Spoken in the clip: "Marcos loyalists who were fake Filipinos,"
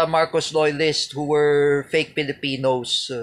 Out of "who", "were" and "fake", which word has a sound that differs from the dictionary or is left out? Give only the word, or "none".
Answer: none